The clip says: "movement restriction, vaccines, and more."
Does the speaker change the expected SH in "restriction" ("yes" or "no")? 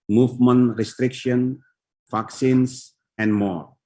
no